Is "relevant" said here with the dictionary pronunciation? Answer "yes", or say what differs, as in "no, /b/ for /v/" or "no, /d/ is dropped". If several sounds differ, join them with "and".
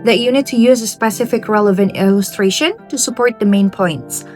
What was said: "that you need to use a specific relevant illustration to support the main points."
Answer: yes